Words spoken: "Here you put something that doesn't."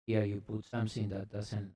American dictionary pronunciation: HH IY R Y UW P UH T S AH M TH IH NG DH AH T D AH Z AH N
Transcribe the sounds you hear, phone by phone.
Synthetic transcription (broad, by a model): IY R Y UW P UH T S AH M S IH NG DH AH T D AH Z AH N